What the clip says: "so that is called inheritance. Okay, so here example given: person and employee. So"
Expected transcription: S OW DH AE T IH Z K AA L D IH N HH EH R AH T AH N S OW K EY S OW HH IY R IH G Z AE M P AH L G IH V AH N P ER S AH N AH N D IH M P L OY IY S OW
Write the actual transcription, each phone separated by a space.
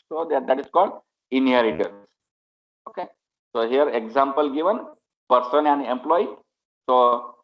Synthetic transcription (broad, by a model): S OW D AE T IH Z K AA L D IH N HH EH R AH T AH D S OW K EY S OW HH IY R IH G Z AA M P AH L G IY V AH N P ER S AH N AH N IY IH M P L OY IY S OW